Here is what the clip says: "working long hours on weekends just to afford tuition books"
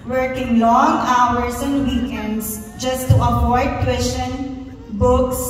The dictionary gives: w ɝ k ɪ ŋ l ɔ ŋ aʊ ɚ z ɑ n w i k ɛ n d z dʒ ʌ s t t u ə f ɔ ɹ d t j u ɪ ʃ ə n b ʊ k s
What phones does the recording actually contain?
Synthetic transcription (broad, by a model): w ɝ k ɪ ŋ l ɔ ŋ aʊ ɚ s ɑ n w i k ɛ n d s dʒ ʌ s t t u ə p ɔ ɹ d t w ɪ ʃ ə n b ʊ k s